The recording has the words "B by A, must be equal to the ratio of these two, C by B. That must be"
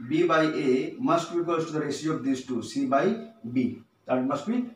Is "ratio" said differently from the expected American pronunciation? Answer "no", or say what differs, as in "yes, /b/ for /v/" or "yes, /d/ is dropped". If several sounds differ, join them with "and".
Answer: yes, /s/ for /ʃ/